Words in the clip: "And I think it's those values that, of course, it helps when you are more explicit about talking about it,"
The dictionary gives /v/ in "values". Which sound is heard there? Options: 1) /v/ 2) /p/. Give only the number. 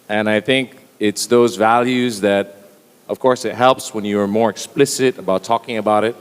1